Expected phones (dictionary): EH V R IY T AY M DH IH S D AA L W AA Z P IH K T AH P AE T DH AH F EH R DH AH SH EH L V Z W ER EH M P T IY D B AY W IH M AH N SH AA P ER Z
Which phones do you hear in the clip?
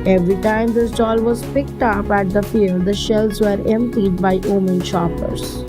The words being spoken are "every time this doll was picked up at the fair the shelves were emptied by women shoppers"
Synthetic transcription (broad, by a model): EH V R IY T AY M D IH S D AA L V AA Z P IH K T AH P AE T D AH F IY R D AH SH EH L Z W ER EH M P T IY D B AY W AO M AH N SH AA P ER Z